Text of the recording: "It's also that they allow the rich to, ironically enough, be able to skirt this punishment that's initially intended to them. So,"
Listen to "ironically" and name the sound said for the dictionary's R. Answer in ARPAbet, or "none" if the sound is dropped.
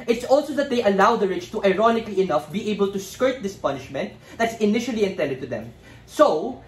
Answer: R